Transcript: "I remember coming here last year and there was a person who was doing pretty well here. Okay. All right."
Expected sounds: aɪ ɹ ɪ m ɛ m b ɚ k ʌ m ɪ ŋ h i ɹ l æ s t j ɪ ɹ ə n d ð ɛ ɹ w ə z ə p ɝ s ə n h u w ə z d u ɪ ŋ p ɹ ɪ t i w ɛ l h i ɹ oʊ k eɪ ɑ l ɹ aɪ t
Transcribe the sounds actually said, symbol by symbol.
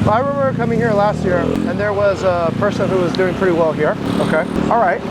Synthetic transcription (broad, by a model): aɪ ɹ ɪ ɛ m ɚ k ʌ m ɪ ŋ h i ɹ l æ s t j ɪ ɹ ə n ð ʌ ɹ w ə z ə p ɝ s ə n h u w ə z d u ɪ ŋ p ɹ ɪ t i w ɛ l h i ɹ oʊ k eɪ ɑ l ɹ aɪ t